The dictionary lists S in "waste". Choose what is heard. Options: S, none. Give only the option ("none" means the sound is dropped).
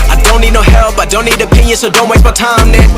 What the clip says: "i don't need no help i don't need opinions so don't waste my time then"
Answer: none